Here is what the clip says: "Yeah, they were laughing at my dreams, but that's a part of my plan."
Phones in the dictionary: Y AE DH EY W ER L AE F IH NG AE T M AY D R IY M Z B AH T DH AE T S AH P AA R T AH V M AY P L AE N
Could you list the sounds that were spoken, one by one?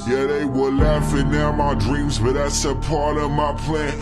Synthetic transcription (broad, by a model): Y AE DH EY W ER L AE F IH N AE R M AY D R IY M Z B AH T DH AE T S AH P AA R T AH V M AY P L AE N